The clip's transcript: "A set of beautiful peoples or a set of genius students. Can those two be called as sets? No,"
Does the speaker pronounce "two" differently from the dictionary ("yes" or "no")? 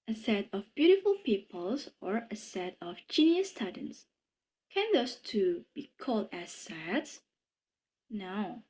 no